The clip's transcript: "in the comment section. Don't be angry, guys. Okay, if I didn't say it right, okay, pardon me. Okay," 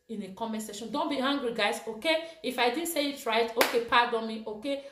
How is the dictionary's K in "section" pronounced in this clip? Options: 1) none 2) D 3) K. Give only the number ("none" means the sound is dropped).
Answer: 1